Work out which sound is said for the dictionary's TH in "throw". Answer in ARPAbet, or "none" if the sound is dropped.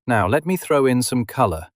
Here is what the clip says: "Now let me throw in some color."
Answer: TH